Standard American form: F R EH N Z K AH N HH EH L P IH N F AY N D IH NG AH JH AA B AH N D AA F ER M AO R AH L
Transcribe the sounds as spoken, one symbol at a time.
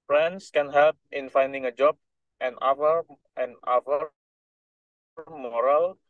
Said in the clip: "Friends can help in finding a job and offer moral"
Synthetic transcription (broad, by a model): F R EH N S K AH N HH EH L P IH N F AY N D IH NG AH JH AA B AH N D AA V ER M AO R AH L